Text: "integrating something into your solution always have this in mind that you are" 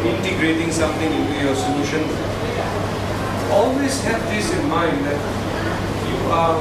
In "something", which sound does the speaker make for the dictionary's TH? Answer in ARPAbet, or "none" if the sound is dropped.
T